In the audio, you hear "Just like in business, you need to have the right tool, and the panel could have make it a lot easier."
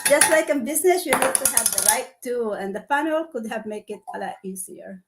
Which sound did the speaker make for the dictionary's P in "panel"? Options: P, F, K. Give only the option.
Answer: F